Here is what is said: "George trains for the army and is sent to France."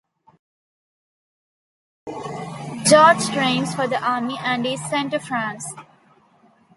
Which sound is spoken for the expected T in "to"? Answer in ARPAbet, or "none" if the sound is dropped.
T